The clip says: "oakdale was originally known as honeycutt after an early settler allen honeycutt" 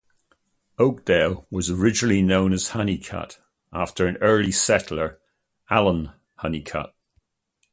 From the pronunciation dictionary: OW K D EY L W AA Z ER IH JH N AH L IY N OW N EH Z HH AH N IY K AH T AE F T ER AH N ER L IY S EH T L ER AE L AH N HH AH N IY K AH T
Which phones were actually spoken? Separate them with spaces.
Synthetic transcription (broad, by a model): OW K D EY L W AA Z ER IH JH N AH L IY N OW N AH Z HH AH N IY K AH T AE F T ER AH N ER L IY S EH T L ER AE L AH N HH AH N IY K AH T